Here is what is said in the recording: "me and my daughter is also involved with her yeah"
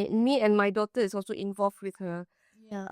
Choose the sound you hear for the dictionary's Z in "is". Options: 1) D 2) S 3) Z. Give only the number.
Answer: 2